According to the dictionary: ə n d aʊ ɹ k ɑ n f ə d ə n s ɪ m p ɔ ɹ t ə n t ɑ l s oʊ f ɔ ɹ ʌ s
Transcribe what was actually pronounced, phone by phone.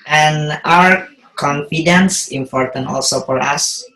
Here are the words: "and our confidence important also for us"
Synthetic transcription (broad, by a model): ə n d aʊ ɹ k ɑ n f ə d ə n s ɪ m p ɔ ɹ t ə n t ɑ l s oʊ f ɔ ɹ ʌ s